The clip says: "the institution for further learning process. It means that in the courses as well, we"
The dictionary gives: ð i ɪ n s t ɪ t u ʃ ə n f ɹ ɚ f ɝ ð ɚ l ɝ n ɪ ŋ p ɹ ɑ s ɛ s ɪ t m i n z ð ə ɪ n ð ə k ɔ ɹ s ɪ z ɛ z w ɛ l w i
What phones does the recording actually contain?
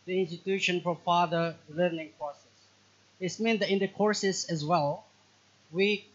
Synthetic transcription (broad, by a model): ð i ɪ n s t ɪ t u ʃ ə n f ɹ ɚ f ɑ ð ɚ l ɝ n ɪ ŋ p ɹ ɑ s ɛ s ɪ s m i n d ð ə ɪ n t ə k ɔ ɹ s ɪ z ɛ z w ɛ l w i